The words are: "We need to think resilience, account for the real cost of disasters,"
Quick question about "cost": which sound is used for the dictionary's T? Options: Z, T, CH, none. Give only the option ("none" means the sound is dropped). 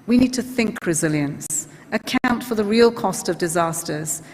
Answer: T